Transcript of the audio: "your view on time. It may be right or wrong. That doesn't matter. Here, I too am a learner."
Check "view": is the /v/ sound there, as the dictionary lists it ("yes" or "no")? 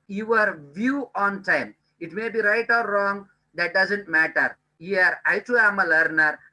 yes